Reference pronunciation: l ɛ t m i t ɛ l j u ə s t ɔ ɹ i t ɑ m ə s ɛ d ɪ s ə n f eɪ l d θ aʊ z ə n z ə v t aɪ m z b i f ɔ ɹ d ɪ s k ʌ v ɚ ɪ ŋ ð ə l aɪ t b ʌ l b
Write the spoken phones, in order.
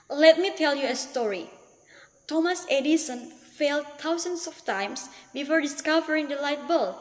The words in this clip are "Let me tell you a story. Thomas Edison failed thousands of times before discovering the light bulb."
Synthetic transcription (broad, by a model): l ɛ t m i t ɛ l j u ə s t ɔ ɹ i t ɑ m ə s ɛ d ɪ s ə n f eɪ l d t aʊ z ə n s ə f t aɪ m s b i f ɔ ɹ d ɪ s k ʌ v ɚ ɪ ŋ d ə l aɪ t b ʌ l